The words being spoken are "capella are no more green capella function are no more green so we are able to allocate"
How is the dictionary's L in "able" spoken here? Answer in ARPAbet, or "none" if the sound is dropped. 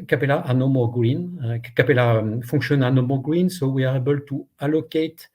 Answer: L